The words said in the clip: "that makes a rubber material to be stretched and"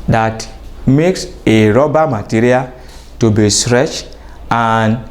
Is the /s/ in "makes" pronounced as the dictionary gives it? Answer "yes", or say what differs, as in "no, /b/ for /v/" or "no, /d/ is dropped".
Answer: yes